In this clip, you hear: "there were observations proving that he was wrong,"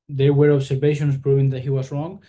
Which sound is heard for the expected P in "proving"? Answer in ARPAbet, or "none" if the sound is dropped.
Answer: P